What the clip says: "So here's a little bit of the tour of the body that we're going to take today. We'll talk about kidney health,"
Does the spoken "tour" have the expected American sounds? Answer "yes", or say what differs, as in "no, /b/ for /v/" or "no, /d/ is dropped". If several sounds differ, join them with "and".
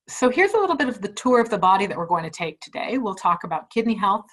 yes